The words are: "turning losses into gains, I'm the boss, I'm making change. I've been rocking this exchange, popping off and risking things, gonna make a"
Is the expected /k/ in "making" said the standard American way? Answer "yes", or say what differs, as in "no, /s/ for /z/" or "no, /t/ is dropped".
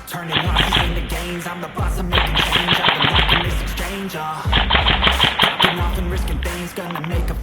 no, /k/ is dropped